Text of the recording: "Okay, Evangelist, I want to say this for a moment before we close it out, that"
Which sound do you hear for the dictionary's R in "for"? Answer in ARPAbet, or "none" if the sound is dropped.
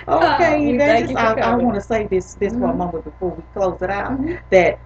W